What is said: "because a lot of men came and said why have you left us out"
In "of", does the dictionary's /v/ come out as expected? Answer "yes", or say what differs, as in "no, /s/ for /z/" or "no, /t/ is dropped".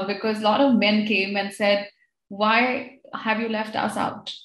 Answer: yes